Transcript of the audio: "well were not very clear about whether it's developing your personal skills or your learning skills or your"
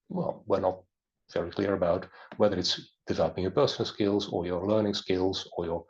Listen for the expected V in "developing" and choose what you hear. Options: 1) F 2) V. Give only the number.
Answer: 2